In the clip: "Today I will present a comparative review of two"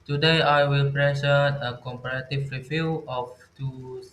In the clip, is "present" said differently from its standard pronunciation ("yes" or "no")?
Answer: yes